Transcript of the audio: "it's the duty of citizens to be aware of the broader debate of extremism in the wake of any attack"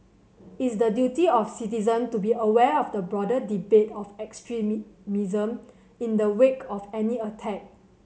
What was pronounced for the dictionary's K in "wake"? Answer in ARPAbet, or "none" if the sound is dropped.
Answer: K